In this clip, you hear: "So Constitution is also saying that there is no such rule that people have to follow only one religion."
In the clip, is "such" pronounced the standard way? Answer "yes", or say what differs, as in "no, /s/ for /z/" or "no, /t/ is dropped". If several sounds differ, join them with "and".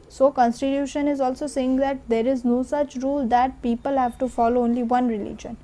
yes